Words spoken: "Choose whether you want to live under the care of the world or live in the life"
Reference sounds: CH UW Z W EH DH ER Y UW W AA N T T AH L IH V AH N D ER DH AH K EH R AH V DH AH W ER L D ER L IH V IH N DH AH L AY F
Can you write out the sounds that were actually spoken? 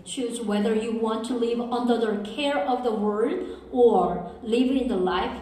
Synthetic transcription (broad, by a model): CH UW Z W EH DH ER Y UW W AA N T T AH L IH V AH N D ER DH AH K EH R AH V DH AH W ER D ER L IH V IH N DH AH L AY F